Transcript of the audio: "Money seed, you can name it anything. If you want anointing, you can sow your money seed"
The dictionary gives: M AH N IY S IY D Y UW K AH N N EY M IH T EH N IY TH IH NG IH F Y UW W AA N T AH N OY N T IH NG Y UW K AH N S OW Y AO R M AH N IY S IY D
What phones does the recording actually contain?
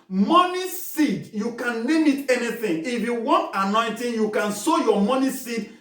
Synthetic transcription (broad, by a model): M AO N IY S IY D Y UW K AH N L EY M IH T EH N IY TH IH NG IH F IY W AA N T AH N OY N T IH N Y UW K AH N S OW Y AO M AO N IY S IY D